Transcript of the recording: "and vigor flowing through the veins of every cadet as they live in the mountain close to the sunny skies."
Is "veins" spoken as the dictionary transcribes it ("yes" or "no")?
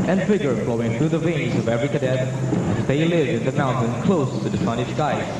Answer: yes